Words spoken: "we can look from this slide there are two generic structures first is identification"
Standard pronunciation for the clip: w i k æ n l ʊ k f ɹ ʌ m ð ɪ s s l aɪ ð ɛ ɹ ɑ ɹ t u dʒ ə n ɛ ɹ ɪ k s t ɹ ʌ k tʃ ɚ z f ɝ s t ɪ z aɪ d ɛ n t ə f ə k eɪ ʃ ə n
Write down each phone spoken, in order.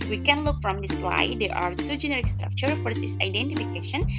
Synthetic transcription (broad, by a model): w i k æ n l ʊ k f ɹ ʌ m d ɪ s s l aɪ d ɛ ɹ ɑ ɹ t u dʒ ə n ɛ ɹ ɪ k s t ɹ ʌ k tʃ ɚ f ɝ t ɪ s aɪ d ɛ n t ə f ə k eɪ ʃ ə n